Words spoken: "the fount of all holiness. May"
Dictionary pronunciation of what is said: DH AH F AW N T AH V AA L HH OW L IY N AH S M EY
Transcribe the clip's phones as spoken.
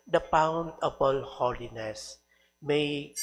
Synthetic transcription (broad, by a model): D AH P AW N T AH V AA L HH OW L IY N AH S M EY